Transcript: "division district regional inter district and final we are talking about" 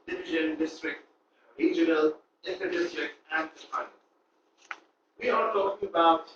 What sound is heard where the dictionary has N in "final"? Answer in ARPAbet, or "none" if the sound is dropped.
none